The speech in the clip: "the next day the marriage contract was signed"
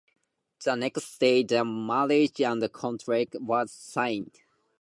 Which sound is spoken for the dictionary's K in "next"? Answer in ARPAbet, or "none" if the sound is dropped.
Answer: K